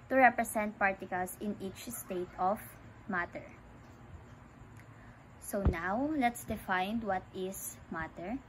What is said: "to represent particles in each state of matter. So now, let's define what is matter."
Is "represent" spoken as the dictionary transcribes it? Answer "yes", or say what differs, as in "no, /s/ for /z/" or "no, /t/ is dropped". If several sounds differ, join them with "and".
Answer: no, /s/ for /z/